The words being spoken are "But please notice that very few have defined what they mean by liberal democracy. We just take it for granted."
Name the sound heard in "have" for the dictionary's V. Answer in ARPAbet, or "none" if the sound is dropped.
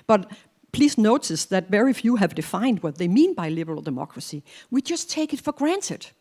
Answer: V